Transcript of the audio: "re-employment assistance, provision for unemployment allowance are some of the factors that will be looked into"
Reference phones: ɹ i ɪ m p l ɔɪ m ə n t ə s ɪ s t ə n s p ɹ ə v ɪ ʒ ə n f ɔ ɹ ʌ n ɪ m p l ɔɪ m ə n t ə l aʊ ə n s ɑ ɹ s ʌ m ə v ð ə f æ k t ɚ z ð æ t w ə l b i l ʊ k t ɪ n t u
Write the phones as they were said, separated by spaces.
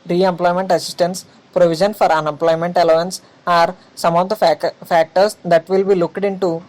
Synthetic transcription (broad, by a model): ɹ i ɪ m p l ɔɪ m ə n t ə s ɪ s t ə n s p ɹ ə v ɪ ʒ ə n f ɔ ɹ ʌ n ɪ m p l ɔɪ m ə n t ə l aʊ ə n s ɑ ɹ s ʌ m ə v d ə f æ k t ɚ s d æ t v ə l b i l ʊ k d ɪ n t u